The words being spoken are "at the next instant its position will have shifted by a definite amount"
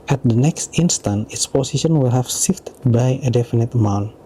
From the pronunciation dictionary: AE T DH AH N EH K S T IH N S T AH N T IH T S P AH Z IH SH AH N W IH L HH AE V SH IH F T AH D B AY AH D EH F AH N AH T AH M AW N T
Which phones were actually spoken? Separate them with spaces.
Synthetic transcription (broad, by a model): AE T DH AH N EH K S T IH N S T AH N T IH T S P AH S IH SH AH N W IH L HH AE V S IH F T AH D B AY AH D EH F AH N AH T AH M AW N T